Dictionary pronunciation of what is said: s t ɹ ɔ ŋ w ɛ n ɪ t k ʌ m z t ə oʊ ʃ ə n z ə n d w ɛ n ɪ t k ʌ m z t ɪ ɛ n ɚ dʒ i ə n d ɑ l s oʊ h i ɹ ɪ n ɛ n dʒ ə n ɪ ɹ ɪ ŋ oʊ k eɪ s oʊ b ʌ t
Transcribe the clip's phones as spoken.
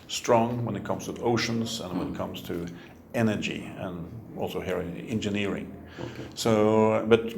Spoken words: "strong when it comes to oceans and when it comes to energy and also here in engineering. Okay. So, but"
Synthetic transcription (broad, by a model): s t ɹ ɔ ŋ w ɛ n ɪ t k ʌ m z t ə oʊ ʃ ə n z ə n w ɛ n ɪ t k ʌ m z t ɪ ɛ n ɚ dʒ i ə n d ɑ l s oʊ h i ɹ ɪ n ɛ n dʒ ə n ɪ ɹ ɪ ŋ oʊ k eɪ s oʊ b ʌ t